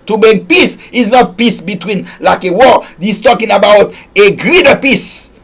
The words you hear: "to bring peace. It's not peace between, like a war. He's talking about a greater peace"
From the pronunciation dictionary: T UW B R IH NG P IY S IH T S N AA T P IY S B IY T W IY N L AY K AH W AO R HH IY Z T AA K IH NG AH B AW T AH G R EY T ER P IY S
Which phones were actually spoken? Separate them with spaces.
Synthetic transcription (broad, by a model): T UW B IH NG P IY S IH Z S N AA T P IY S B IY T W IY N L AY K AH W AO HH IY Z T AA K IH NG AH B AW T AH G R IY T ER P IY S